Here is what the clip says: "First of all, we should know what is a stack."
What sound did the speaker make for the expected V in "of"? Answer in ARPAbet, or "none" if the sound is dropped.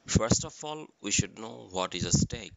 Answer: F